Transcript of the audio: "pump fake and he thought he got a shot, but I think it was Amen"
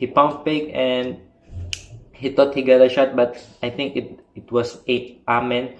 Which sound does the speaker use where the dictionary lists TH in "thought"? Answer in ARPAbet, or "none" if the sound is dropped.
T